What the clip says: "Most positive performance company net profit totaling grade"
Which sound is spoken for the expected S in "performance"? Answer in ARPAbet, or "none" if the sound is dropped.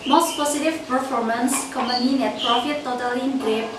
S